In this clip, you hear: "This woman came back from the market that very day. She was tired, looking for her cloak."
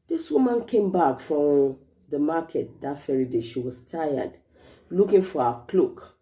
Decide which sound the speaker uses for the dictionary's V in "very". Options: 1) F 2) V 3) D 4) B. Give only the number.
1